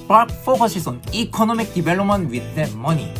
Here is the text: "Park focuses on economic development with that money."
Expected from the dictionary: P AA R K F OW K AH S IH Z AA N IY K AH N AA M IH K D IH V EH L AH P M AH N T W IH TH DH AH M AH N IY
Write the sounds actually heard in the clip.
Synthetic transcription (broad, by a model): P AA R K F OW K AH SH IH S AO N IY K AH N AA M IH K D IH B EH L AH M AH N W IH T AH M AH N IY